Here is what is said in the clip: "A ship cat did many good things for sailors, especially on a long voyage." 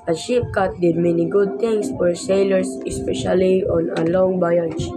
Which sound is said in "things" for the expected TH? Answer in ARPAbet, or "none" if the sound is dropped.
T